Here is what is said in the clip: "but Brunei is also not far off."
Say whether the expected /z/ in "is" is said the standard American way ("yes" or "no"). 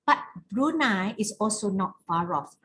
no